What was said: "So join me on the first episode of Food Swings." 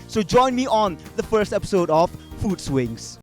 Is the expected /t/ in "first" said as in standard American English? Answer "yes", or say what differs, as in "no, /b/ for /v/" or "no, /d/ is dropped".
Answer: yes